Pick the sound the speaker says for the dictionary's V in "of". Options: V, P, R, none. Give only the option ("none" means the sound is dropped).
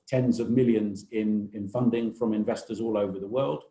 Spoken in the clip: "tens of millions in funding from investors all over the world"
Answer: V